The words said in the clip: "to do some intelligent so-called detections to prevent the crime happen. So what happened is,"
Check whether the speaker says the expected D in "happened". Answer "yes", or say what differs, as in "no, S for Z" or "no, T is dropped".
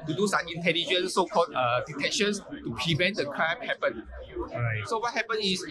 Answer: no, D is dropped